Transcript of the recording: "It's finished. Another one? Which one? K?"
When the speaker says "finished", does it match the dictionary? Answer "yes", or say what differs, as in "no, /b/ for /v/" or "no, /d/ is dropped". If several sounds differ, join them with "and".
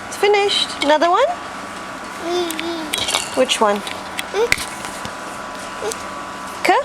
yes